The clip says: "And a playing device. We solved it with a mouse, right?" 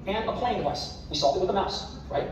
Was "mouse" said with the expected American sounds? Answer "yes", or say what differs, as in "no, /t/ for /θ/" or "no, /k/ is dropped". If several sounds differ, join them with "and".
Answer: yes